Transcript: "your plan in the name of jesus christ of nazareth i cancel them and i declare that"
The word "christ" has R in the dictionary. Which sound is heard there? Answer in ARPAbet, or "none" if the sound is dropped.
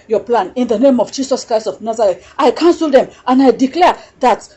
R